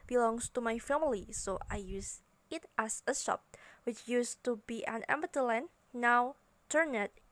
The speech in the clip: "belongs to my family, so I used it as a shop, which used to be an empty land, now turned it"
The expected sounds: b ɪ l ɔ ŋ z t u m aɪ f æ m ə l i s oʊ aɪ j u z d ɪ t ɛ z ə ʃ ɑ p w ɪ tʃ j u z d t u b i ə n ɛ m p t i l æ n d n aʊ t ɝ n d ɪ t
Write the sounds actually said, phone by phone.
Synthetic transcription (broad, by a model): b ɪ l ɔ ŋ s t u m aɪ f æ m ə l i s oʊ aɪ j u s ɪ t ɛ s ə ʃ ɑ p w ɪ tʃ j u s t u b i ə n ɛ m b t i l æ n n aʊ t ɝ n ɪ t